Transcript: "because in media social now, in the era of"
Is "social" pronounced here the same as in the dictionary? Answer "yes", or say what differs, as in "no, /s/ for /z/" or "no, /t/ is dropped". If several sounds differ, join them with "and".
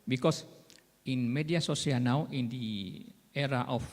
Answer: no, /s/ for /ʃ/